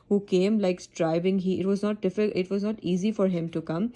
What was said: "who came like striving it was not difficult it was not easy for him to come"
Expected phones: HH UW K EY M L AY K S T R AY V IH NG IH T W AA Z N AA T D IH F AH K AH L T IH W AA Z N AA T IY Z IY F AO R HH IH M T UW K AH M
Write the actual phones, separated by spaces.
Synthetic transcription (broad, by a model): HH UW K EY M L AY K S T R AY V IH NG IH T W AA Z N AA T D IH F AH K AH T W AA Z N AA T IY Z IY F AO R HH IH M T UW K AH M